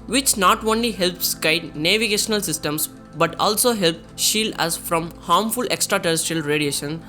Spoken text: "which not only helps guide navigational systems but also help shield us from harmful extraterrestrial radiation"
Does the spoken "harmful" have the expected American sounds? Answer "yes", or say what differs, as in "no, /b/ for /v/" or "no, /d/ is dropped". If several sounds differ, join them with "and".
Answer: yes